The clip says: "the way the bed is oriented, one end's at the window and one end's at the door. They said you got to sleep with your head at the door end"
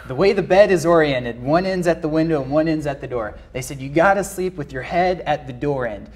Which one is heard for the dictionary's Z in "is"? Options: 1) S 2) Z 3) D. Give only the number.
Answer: 2